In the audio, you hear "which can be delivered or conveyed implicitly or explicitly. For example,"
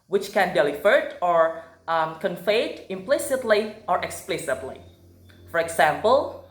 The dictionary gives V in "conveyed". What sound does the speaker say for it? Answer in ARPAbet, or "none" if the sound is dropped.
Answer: F